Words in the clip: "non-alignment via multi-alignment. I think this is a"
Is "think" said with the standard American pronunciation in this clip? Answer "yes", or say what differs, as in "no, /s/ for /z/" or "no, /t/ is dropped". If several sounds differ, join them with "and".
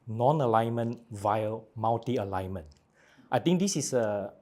no, /t/ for /θ/